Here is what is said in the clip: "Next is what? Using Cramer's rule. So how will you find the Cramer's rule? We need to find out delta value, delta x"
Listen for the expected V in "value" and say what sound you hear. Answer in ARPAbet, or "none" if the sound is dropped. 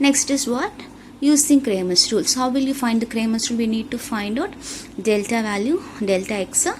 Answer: V